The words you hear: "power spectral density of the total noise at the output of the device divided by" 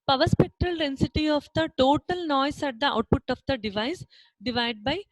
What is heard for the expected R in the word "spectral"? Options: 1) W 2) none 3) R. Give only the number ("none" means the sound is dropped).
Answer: 3